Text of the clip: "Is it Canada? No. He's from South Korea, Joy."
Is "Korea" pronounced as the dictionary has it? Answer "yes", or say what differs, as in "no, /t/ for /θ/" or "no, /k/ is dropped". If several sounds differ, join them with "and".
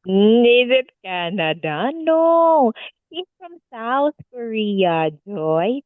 yes